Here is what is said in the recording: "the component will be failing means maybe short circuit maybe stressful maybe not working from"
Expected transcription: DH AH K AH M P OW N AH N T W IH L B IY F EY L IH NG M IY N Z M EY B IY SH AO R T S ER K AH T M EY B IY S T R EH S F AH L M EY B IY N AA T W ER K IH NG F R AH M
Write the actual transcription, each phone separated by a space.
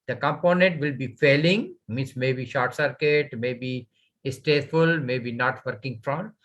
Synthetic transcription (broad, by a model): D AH K AH M P OW N AH N T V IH L B IY F EY L IH NG M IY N S M EY B IY SH AO R T S ER K AH T M EY B IY S T EH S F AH L M EY B IY N AA T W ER K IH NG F R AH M